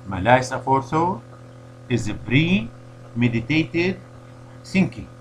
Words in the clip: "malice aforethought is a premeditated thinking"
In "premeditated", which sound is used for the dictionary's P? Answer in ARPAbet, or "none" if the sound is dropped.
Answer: B